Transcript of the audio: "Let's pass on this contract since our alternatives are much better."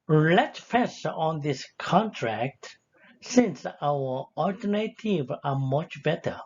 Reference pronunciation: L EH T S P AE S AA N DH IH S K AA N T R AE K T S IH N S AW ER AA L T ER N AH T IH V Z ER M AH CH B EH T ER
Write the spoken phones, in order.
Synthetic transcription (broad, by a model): L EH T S F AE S AA N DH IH S K AA N T R AE K T S IH N S AW ER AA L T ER N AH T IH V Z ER M AH CH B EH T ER